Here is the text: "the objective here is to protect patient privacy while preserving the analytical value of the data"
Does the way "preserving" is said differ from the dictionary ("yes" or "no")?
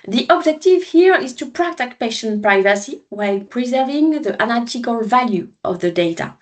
no